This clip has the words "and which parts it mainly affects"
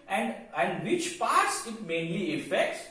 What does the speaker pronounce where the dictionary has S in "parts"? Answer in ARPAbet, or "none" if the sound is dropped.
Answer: S